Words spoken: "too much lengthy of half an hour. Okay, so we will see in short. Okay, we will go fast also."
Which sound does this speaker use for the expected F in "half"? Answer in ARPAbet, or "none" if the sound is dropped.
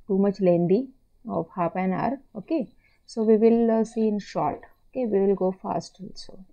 P